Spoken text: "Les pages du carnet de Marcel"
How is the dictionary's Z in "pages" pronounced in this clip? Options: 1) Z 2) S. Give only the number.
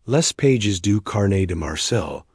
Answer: 1